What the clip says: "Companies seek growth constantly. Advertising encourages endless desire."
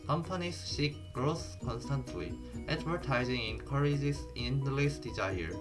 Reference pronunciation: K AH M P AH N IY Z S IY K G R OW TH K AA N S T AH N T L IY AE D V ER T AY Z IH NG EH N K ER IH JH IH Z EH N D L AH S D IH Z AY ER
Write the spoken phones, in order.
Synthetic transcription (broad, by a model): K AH M P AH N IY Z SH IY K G R OW S K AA N S T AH N T L IY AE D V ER T AY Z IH NG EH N K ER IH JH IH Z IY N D L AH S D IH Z AY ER